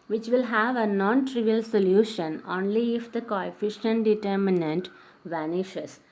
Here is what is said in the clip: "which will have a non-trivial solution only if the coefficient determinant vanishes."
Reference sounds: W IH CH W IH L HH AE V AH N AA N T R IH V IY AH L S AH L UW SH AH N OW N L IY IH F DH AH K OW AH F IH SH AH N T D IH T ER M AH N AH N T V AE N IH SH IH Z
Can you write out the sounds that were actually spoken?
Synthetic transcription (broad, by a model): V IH CH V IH L HH AE V AH N AA N T R IH V IY AH L S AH L UW SH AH N OW N L IY IH F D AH K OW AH F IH SH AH N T D IH T ER M AH N AH N T V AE N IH SH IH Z